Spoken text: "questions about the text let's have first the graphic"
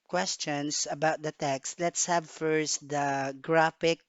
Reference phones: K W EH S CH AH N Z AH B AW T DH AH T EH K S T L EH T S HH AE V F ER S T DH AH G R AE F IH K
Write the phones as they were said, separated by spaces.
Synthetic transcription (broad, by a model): K W EH S CH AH N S AH B AW T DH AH T EH K S T L EH T S HH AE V F ER S T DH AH G R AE F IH K